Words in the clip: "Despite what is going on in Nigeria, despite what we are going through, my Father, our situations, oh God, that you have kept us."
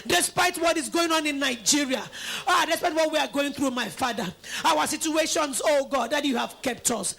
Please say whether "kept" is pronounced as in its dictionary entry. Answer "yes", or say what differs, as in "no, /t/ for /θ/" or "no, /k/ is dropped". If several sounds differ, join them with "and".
yes